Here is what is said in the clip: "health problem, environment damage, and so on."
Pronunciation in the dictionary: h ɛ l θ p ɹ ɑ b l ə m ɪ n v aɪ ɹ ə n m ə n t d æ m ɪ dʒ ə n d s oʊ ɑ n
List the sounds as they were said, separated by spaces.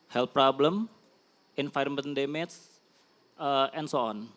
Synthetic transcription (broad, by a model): h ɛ l p ɹ ɑ b l ə m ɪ n f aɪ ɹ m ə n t d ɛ m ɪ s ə n s oʊ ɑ n